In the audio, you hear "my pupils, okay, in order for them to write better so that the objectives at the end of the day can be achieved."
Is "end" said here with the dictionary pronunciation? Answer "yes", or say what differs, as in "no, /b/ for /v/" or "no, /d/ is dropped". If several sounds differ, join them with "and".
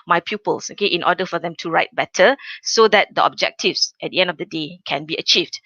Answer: yes